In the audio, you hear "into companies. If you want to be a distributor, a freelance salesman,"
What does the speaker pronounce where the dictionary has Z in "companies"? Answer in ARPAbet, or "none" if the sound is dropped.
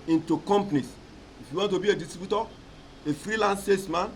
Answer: S